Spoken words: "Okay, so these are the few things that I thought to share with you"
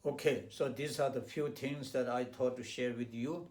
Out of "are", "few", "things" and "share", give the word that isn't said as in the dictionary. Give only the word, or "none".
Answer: things